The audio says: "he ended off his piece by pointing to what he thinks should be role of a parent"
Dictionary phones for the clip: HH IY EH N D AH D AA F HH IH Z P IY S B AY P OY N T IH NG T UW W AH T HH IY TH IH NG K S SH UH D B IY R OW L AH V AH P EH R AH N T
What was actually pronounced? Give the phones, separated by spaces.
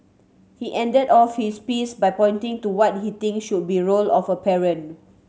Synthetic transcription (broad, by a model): HH IY EH N D AH D AA F HH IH S P IY S B AY P OY N T IH NG T UW W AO T HH IY T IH NG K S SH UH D B IY R OW L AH F AH P EH R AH N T